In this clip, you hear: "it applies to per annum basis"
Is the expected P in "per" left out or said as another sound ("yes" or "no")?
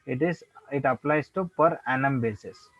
no